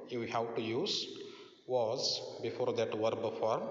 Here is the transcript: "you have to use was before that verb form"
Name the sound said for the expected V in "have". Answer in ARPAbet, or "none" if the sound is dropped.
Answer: W